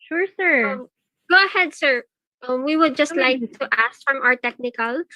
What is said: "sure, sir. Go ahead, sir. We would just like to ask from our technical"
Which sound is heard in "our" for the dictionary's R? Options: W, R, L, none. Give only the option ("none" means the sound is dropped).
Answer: R